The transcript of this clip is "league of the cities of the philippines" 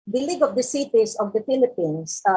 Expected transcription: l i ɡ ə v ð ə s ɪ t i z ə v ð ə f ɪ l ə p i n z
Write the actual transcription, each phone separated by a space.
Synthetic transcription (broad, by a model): l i ɡ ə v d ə s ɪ t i s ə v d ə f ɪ l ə p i n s